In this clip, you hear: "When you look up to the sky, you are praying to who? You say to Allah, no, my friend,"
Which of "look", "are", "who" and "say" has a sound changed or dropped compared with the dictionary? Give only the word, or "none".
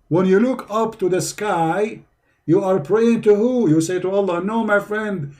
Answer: none